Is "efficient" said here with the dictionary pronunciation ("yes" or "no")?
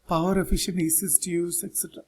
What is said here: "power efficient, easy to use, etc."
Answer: no